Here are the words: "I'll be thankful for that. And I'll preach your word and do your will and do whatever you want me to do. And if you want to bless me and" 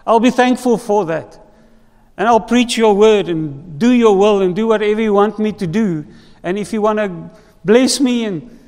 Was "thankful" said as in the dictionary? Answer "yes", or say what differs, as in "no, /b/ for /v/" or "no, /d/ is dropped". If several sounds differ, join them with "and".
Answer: yes